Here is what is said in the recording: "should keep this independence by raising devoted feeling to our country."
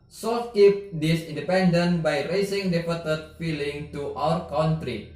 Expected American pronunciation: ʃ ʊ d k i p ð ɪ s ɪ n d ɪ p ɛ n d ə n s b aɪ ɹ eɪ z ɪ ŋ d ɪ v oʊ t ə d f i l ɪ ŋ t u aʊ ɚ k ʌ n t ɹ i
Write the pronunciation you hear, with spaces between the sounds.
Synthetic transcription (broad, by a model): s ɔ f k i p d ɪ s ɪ n d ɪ p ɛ n d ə n b aɪ ɹ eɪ s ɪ ŋ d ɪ p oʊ t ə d f i l ɪ ŋ t u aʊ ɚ k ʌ n t ɹ i